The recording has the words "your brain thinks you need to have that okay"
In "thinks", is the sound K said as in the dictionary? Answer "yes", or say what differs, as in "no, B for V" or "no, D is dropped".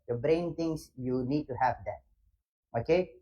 no, K is dropped